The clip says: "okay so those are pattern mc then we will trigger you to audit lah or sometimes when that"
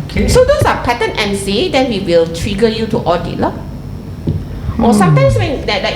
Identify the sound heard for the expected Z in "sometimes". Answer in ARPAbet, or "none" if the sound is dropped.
S